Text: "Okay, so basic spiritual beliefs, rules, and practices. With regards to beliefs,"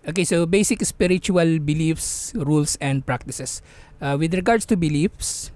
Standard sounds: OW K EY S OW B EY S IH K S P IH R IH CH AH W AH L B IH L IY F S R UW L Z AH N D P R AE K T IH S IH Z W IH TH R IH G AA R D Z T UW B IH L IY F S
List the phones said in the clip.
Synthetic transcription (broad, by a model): OW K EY S OW B EY S IH K S P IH R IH CH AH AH L B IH L IY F S R UW L S AH N D P R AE K T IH S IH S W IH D R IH G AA R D S T UW B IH L IY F S